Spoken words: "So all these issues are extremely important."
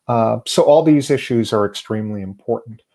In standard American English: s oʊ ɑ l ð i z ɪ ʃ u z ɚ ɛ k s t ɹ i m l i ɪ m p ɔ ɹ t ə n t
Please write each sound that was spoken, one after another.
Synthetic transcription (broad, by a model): s oʊ ɑ l ð i z ɪ ʃ u z ɚ ɛ k s t ɹ i m l i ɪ m p ɔ ɹ t n t